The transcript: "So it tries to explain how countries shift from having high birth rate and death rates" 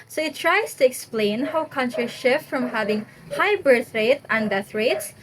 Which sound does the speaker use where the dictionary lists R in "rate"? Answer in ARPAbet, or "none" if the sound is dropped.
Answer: R